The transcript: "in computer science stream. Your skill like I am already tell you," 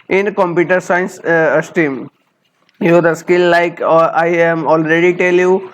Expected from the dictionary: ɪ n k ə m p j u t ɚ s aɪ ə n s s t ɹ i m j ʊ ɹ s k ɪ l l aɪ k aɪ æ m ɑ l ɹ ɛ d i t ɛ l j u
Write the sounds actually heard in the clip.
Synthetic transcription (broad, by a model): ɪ n k ə m p j u t ɚ s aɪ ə n s s t i m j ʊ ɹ s k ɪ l l aɪ k aɪ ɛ m ɑ l ɹ ɛ d i t ɛ l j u